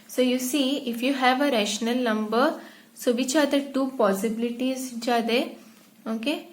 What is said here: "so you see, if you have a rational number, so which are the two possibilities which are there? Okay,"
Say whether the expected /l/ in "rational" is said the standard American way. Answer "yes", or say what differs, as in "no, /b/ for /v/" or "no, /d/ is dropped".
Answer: yes